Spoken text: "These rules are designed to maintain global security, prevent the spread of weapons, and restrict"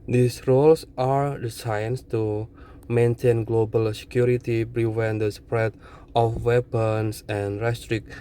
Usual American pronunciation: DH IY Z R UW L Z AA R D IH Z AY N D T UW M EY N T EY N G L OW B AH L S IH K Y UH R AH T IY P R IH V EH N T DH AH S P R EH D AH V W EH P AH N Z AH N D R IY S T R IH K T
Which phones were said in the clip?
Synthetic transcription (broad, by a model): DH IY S R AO L S AA R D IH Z AY N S T UW M EY N T EY N G L OW B AH L S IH K Y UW R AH T IY B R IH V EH N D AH S P R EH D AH F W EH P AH N S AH N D R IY S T R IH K